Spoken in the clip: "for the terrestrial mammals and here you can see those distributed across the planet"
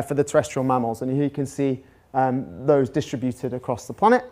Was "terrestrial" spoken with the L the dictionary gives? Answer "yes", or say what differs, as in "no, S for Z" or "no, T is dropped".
yes